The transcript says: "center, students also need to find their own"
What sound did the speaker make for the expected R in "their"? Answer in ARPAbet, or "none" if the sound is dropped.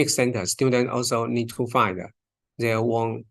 W